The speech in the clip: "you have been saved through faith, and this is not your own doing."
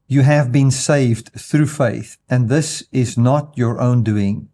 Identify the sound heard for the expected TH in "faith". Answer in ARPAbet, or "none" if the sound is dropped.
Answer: TH